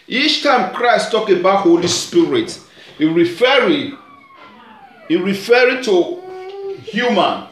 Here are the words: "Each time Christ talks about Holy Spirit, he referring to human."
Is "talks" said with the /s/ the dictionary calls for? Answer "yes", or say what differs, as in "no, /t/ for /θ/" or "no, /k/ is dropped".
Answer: no, /s/ is dropped